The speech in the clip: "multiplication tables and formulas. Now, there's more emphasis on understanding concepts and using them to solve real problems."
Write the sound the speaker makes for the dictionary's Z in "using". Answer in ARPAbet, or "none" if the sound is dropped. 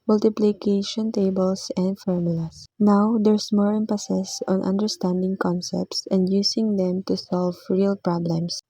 S